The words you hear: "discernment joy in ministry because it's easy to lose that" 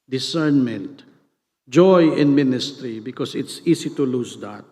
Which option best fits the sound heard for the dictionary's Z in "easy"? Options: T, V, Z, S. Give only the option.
S